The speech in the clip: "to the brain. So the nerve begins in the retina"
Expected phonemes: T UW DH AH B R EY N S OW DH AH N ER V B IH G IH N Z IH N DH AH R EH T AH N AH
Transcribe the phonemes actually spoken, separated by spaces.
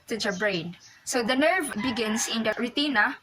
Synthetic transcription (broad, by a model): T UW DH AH B R EY N S OW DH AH N ER V B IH G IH N S IH N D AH R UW T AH N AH